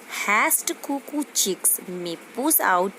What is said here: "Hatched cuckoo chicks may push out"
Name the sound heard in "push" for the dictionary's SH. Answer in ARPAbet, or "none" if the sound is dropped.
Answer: S